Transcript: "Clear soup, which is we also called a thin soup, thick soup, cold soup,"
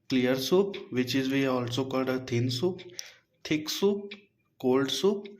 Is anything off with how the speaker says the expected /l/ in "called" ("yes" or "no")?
yes